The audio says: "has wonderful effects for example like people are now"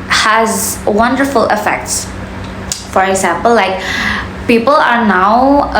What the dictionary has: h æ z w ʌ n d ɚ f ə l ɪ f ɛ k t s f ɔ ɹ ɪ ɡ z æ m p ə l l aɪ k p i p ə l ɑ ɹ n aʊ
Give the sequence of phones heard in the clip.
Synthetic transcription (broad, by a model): h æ z w ʌ n d ɚ f ə l ɪ f ɛ k t s f ɔ ɹ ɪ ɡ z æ m p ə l l aɪ k p i p ə l ɑ ɹ n aʊ